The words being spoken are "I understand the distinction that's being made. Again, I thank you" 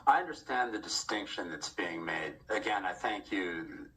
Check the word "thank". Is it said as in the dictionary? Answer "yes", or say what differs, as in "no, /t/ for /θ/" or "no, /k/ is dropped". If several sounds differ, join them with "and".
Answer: yes